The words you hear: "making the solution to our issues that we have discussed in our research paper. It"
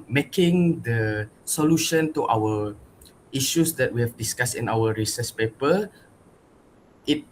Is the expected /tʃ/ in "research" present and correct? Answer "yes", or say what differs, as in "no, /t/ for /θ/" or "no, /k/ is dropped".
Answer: no, /s/ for /tʃ/